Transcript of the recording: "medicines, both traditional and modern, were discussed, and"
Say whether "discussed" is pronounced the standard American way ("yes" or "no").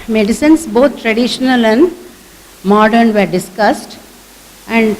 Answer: yes